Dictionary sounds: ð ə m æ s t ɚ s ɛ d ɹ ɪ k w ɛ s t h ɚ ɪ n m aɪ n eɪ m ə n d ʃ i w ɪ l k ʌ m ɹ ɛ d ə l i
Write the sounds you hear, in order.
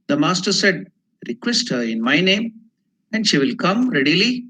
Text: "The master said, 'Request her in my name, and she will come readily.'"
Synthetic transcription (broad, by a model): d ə m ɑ s t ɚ s ɛ d ɹ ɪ k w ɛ s t h ɚ ɪ n m aɪ n eɪ m ə n d ʃ i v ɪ l k ʌ m ɹ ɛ d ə l i